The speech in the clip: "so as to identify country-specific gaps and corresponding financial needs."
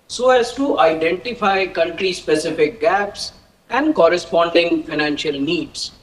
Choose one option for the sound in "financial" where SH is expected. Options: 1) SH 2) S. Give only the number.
1